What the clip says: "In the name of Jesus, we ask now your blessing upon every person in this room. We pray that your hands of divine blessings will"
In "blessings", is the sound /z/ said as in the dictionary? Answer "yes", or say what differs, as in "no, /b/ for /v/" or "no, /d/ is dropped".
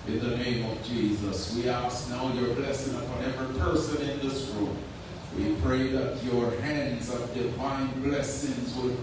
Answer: yes